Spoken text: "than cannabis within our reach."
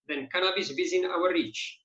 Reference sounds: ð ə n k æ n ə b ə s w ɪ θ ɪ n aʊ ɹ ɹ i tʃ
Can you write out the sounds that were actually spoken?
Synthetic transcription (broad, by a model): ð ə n k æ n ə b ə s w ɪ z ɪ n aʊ w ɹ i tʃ